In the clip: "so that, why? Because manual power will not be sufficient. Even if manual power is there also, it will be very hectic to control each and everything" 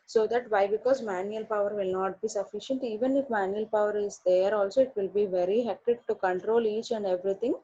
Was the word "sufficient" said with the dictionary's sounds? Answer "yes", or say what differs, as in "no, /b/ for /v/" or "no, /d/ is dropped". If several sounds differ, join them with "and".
yes